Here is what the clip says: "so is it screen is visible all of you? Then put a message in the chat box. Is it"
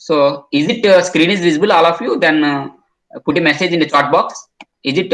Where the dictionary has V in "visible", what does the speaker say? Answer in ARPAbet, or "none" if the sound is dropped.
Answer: V